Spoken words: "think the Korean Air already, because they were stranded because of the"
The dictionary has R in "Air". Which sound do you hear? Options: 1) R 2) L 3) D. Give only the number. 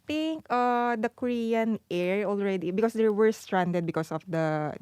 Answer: 1